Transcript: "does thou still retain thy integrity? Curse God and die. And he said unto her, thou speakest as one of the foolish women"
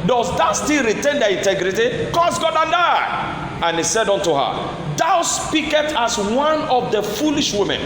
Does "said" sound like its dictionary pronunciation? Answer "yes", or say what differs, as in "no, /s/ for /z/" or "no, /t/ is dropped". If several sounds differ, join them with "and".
yes